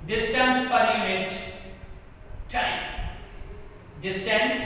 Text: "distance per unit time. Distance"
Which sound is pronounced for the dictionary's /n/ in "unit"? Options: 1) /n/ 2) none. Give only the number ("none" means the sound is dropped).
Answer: 2